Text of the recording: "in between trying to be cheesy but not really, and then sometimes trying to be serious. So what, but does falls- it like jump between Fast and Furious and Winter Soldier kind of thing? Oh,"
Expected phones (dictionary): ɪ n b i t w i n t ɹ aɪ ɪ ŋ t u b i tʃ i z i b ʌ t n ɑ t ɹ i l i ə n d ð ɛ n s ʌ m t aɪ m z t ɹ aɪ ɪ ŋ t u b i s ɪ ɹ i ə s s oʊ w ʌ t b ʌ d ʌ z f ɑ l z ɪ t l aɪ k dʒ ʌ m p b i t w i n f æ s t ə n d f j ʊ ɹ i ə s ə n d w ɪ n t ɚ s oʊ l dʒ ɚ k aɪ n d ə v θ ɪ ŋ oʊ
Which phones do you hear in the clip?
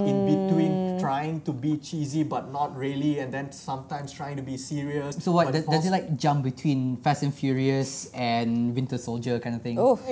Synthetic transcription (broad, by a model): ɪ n b i t w i n t ɹ aɪ ɪ ŋ t u b i tʃ i z i b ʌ t n ɑ t ɹ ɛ l i ə n d ɛ n s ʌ m t aɪ m s t ɹ aɪ ɪ ŋ t u b i s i ɹ i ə s s oʊ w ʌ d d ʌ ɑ z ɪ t l aɪ k dʒ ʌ m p b i t w i n f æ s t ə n f j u ɹ i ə s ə n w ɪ n t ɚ s oʊ l dʒ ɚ k aɪ n d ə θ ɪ ŋ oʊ